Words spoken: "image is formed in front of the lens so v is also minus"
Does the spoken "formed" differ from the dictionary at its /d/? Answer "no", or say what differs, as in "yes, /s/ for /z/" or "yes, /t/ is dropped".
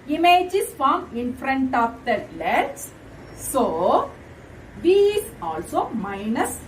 yes, /d/ is dropped